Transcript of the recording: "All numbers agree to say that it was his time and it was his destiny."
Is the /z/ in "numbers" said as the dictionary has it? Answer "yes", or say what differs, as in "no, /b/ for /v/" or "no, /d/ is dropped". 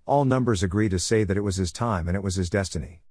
yes